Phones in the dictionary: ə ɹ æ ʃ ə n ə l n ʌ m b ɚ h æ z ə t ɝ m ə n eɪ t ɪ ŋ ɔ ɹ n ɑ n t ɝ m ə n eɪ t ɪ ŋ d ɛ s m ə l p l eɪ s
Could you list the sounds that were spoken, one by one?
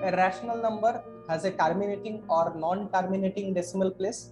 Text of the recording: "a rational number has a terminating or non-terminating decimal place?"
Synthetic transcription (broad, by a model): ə ɹ æ ʃ ə n ə l n ʌ m b ɚ h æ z ə t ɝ m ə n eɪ t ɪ ŋ ɔ ɹ n ɑ n t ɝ m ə n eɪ t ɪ ŋ d ɛ s m ə l p l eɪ s